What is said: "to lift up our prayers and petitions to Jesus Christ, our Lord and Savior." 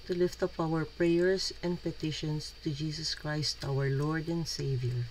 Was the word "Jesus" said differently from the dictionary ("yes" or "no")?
yes